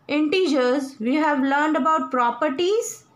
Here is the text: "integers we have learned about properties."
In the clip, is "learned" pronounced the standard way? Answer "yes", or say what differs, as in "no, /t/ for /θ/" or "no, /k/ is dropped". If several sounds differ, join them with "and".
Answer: yes